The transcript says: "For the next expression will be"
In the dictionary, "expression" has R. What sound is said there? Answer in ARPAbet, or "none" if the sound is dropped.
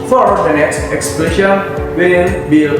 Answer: L